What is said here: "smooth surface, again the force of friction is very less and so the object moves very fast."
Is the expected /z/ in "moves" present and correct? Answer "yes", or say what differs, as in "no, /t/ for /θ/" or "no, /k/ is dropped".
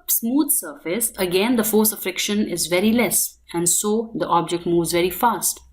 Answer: yes